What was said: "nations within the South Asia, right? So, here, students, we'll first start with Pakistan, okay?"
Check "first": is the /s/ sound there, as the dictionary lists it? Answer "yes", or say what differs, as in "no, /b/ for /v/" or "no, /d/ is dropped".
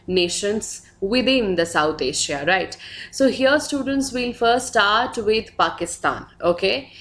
no, /s/ is dropped